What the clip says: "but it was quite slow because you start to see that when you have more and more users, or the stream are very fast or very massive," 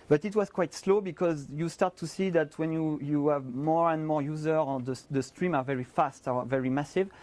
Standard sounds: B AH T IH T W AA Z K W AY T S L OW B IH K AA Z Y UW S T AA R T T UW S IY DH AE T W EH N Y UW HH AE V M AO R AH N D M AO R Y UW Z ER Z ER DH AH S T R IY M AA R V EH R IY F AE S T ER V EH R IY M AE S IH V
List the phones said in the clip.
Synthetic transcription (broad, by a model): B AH T IH T W AA Z K W AY T S L OW B IH K AA Z Y UW S T AA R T T UW S IY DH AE T W EH N Y UW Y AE V M AO R AH N D M AO R Y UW Z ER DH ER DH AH S T R IY M AA R V EH R IY F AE S T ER V EH R IY M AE S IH V